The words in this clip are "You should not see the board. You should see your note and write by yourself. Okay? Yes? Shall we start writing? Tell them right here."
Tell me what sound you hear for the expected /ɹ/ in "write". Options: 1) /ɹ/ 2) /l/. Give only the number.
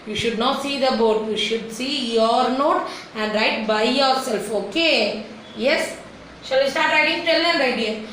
1